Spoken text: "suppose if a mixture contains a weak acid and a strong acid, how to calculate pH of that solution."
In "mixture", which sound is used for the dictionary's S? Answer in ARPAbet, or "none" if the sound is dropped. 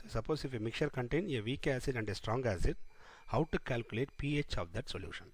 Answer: none